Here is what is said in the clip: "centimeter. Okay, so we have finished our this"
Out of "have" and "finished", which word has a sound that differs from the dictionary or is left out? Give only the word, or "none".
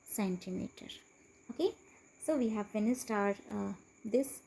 finished